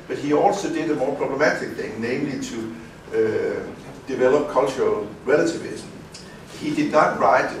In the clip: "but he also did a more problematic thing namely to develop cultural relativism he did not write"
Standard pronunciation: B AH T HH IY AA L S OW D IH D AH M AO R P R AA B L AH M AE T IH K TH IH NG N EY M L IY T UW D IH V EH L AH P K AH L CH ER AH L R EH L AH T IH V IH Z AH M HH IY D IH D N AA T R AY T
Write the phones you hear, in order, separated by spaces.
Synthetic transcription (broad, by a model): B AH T HH IY AA L S OW D IH D AH M AO P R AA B L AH M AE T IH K TH IH NG N EY M L IY S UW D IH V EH L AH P K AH L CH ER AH L R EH L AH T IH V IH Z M HH IY D IH D N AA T R AY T